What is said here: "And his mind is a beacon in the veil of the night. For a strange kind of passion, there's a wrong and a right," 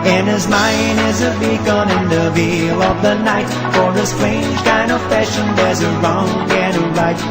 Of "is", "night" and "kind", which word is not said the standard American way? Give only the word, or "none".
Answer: none